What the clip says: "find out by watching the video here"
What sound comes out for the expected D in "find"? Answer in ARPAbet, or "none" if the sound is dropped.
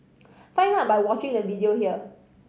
none